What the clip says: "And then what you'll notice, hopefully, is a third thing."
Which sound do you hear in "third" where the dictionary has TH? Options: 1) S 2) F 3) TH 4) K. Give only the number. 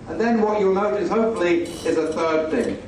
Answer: 3